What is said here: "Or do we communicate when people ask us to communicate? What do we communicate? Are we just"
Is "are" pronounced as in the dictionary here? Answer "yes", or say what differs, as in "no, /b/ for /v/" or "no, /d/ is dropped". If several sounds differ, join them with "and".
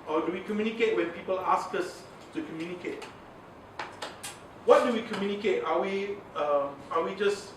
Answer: no, /w/ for /ɹ/